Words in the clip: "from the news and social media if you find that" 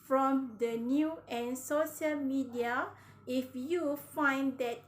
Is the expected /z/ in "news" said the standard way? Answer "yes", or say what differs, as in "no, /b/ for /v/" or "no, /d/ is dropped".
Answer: no, /z/ is dropped